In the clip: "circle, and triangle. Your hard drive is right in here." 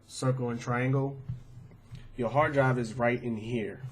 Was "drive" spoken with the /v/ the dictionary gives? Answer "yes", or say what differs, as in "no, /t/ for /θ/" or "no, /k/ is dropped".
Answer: no, /b/ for /v/